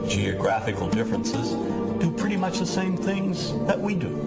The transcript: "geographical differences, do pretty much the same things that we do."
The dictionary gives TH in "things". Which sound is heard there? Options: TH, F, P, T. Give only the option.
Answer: TH